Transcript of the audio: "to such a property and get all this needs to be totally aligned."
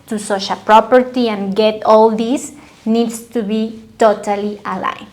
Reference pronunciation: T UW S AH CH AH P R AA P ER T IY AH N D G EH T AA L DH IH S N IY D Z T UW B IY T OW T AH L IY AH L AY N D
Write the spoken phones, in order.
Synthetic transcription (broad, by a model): T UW S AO SH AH P R AA P ER T IY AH N G EH T AA L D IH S N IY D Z T UW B IY T OW T AH L IY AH L AY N